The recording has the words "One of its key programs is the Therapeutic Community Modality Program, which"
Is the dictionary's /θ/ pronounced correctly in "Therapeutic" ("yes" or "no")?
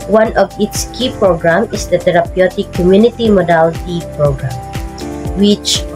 no